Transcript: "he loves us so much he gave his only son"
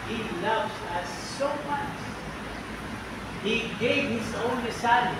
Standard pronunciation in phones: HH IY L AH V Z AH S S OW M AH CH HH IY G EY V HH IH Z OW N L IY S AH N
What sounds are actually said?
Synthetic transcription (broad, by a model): HH IY L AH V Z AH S S OW M AH CH HH IY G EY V HH IH Z OW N IY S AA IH